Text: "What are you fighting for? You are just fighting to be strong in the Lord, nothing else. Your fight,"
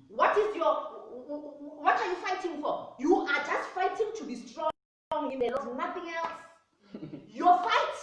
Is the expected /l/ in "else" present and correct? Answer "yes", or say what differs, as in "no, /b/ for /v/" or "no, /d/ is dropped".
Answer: yes